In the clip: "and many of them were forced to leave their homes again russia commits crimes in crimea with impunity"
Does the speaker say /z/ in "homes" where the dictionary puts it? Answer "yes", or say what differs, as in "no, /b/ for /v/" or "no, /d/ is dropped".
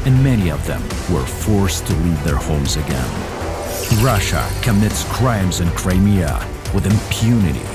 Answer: yes